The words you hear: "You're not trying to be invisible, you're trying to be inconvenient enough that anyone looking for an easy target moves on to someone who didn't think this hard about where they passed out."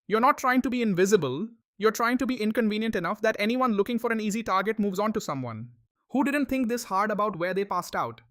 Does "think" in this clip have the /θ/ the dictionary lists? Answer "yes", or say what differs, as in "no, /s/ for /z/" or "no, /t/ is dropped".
no, /t/ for /θ/